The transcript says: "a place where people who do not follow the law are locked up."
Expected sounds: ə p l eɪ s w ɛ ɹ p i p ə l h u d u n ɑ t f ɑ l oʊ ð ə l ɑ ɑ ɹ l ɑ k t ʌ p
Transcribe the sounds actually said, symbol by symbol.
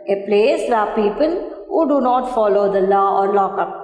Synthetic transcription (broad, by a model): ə p l eɪ s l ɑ p i p ə l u d u n ɑ t f ɑ l oʊ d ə l ɑ ɑ ɹ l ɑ k ʌ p